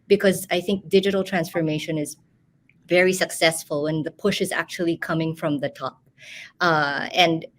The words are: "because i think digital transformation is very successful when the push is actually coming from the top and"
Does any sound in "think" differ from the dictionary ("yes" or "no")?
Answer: no